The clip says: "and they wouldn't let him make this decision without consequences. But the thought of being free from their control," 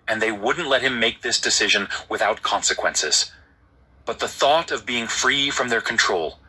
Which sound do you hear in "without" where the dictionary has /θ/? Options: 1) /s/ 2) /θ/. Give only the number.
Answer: 2